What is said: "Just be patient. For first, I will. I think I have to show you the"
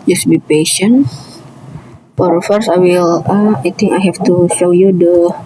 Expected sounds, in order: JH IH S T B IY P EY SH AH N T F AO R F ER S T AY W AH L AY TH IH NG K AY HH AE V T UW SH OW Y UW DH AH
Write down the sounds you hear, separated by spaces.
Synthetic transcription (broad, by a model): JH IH S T B IY P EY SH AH N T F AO R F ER S AY W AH L AY T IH NG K AY HH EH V T UW SH OW Y UW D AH